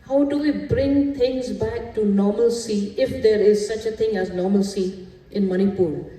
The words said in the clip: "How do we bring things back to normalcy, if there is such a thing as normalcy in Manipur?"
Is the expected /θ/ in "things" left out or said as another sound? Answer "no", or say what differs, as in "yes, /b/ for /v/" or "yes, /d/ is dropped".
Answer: yes, /t/ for /θ/